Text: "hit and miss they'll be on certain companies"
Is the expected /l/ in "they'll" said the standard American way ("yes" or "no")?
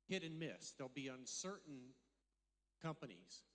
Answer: yes